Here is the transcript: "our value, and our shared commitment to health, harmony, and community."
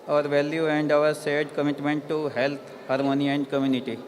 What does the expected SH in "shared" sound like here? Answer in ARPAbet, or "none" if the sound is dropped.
S